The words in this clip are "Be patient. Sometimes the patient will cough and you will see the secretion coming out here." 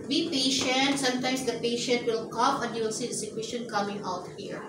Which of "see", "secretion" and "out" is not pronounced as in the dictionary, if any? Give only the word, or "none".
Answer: secretion